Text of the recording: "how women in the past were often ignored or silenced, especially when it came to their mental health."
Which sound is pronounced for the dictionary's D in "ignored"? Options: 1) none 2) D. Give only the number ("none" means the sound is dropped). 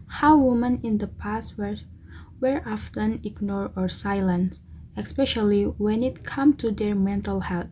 1